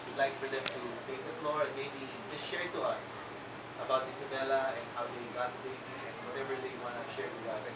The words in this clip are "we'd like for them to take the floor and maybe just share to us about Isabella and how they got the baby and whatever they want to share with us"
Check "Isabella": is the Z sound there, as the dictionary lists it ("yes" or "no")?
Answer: no